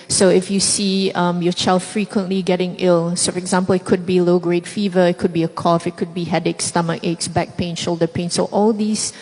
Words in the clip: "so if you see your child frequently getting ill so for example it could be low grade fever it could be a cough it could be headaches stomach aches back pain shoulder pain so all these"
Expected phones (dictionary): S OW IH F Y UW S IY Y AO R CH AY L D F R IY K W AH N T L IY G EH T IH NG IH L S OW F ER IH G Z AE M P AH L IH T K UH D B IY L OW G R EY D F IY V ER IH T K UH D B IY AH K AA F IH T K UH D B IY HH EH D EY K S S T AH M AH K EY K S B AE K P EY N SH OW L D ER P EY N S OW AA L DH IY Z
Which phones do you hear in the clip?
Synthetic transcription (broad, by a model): S OW IH F Y UW S IY Y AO CH AY L D F R IY K W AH N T L IY G EH T IH NG IH L S OW F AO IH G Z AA M P AH L IH T K UH D B IY L OW G R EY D F IY V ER IH T K UH D B IY AH K AA F IH T K UH D B IY HH EH D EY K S S T AH M AH K EY K S B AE K P EY N SH OW L D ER P EY N S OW AA L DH IY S